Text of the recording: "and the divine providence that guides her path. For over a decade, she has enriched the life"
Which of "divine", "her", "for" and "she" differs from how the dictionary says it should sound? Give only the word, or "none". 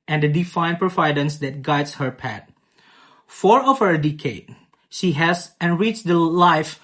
divine